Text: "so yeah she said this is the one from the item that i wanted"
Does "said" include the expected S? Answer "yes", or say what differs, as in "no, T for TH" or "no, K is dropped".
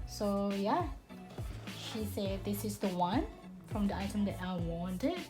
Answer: yes